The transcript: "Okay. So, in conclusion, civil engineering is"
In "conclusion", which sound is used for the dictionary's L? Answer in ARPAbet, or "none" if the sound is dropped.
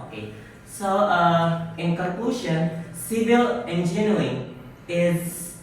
none